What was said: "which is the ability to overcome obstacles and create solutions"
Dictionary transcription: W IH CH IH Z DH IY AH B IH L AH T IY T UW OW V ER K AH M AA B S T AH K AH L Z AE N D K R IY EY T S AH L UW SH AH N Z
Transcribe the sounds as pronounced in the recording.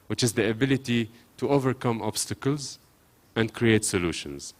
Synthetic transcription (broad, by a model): W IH CH IH Z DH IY AH B IH L AH T IY T UW OW V ER K AH M AA B S T AH K AH L Z AE N D K R IY EY T S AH L UW SH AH N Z